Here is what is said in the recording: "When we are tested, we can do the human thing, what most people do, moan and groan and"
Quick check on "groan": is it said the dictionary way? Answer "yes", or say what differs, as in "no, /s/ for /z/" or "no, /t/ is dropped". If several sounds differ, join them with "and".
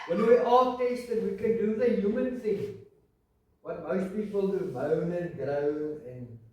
no, /n/ is dropped